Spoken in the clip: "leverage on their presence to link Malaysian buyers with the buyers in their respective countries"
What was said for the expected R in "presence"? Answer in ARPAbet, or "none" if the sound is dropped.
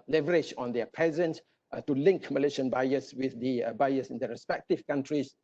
none